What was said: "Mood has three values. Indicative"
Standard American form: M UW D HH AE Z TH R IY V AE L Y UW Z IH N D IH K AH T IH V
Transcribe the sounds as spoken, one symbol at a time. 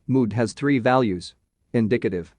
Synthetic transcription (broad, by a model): M UW D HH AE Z TH R IY V AE L Y UW Z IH N D IH K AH T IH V